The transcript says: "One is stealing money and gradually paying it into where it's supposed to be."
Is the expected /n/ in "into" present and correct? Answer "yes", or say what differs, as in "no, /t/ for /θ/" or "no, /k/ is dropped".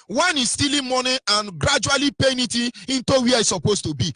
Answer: yes